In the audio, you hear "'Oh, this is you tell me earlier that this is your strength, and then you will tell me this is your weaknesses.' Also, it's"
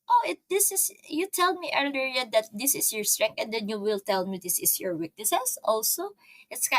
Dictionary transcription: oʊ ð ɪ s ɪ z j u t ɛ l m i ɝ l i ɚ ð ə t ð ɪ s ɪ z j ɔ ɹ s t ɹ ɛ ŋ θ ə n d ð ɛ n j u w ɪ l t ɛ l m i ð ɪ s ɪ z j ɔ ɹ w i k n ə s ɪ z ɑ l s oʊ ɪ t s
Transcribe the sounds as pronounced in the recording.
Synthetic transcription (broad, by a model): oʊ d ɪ s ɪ s j u t ɛ l m i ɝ l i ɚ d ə t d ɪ s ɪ s j ɔ ɹ s t ɹ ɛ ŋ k ə n d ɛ n j u w ɪ l t ɛ l m i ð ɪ s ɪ s j ɔ ɹ w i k n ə s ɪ s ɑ l s oʊ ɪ t s